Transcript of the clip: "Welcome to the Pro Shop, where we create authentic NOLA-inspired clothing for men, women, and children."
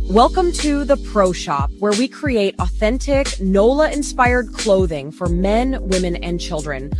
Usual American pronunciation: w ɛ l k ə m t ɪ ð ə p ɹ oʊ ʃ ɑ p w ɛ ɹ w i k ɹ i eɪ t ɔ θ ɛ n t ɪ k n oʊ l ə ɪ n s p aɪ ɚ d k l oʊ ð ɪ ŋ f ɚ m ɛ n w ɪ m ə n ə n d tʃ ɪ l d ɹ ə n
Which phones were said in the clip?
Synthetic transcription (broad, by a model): w ɛ l k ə m t ɪ ð ə p ɹ oʊ ʃ ɑ p w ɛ ɹ w i k ɹ i eɪ t ɔ θ ɛ n t ɪ k n oʊ l ə ɪ n s p aɪ ɚ d k l oʊ ð ɪ ŋ f ɚ m ɛ n w ɪ m ə n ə n tʃ ɪ l d ɹ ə n